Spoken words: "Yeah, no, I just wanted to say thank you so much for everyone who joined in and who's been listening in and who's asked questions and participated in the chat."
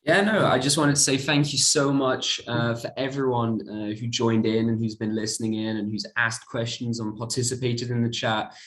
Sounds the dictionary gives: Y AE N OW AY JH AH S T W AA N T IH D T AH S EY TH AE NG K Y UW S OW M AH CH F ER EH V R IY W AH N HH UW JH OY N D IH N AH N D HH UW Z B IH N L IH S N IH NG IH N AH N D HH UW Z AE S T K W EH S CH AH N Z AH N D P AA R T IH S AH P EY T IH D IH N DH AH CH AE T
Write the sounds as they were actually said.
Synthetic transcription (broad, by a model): Y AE N OW AY JH AH S T W AA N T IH D T AH S EY TH AE NG K Y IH S OW M AH CH F ER EH V R IY W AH N HH UW JH OY N D IH N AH N HH UW Z B IH N L IH S N IH NG IH N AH N HH UW Z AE S K W EH S CH AH N Z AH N P AA R T IH S AH P EY T IH D IH N DH AH CH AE T